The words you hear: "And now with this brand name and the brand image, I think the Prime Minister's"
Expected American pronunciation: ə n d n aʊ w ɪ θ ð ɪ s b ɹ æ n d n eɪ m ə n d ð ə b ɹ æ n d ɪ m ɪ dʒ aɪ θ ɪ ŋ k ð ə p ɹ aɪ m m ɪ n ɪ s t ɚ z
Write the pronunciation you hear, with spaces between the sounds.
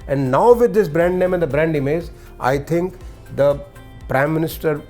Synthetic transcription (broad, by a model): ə n d n aʊ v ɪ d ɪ s b ɹ æ n d n eɪ m ə n d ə b ɹ æ n d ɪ m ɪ z aɪ t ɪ ŋ k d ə p ɹ aɪ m m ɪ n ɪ s t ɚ